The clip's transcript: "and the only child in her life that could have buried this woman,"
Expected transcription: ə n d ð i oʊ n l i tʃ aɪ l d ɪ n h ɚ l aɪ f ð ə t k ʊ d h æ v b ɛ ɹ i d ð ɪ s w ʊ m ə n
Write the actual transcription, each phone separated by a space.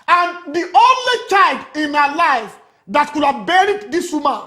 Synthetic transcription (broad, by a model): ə n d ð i oʊ n l i tʃ aɪ l d ɪ n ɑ l aɪ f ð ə t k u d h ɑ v b ɛ ɹ i d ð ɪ s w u m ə